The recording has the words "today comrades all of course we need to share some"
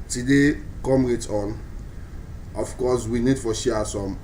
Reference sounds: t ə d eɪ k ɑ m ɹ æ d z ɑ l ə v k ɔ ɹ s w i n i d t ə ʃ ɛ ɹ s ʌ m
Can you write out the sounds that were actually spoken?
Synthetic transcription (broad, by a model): t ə d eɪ k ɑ m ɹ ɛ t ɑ n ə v k ɔ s w i n i d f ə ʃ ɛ s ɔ m